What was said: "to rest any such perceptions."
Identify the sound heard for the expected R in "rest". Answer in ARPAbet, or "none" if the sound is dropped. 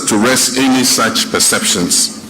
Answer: R